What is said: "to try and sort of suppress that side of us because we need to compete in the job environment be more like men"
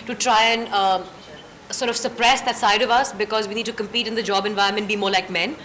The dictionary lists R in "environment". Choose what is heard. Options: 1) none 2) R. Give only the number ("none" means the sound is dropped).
1